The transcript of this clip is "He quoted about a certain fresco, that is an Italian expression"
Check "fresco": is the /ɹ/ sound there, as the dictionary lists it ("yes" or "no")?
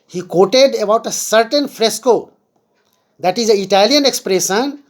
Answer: yes